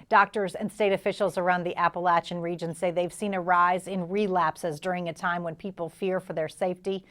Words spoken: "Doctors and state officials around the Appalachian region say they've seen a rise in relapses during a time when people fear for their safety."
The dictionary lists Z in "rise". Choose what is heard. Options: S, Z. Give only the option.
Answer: Z